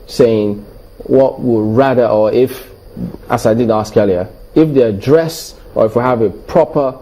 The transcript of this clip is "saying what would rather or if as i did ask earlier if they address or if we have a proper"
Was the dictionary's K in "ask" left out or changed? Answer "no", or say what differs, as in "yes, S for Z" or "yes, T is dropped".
no